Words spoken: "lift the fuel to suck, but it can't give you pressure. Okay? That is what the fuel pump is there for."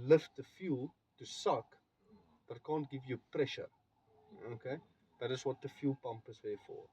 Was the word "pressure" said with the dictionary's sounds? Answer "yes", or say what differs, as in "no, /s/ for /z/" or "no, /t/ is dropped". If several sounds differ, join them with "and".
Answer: yes